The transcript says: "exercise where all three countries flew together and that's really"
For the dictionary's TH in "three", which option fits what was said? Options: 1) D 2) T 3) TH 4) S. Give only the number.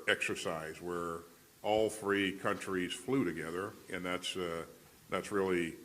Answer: 3